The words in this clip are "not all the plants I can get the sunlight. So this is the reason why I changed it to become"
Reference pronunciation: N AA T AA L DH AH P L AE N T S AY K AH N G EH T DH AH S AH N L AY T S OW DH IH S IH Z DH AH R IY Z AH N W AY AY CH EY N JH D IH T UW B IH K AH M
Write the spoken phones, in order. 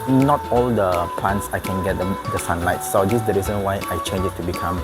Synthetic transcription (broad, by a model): N AA T AA L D AH P L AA N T S AY K AH N G EH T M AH S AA N L AY T S OW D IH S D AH R IY Z AH N W AY AY CH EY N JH IH T UW B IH K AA M